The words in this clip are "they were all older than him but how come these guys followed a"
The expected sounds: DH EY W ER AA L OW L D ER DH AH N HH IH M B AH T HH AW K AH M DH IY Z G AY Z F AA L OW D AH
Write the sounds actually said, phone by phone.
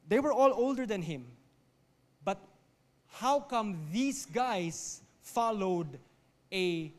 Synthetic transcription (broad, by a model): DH EY W ER AA L OW L D ER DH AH N HH IH M B AH T HH AW K AH M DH IY S G AY S F AA L OW D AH